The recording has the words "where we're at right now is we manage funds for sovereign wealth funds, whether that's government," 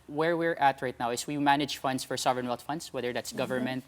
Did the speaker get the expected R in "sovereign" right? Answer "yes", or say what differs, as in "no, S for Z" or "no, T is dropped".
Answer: yes